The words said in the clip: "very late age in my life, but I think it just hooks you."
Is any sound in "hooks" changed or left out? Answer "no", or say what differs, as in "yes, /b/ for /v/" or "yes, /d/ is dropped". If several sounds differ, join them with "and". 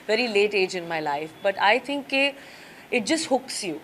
no